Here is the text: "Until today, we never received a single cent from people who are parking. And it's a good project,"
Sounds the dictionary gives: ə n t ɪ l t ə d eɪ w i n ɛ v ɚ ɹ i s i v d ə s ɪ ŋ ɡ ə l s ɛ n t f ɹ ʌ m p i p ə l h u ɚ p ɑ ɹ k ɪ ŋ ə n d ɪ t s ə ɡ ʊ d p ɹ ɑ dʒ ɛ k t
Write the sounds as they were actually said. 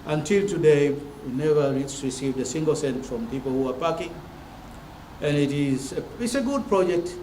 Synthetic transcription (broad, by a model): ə n t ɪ l t ə d eɪ w i n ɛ v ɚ ɹ i s i v d ə s ɪ ŋ ɡ ə l s ɛ n t f ɹ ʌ m p i p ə l h u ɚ p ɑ k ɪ ŋ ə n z ɪ t s ə ɡ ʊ d p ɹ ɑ dʒ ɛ k t